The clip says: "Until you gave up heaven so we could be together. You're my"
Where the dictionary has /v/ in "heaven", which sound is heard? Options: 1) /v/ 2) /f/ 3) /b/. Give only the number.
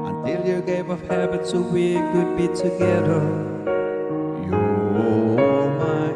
3